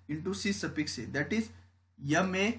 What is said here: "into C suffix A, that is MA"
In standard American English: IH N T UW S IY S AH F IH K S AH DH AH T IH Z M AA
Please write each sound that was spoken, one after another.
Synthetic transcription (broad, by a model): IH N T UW S IY S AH P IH K S AH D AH T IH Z M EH